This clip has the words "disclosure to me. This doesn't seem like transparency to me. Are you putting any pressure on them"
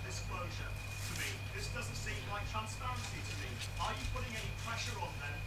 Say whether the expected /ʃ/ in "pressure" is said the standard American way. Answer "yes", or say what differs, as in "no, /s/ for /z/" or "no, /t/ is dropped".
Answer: yes